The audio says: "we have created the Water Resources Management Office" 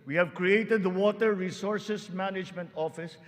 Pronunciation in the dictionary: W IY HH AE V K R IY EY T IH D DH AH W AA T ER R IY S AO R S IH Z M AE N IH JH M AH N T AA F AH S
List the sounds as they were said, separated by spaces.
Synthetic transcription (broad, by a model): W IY HH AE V K R IY EY T IH D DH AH W AA T ER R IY S AO R S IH S M AE N IH JH M AH N T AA F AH S